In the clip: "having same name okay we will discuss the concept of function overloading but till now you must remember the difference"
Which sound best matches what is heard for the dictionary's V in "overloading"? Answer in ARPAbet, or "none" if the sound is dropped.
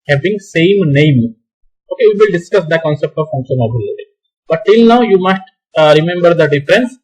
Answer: B